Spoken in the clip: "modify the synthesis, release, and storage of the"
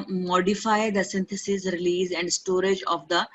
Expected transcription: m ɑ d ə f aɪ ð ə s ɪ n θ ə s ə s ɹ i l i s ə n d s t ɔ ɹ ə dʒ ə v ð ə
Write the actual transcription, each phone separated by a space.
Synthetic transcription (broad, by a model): m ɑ d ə f aɪ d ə s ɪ n t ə s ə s ɹ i l i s ə n d s t ɔ ɹ ə dʒ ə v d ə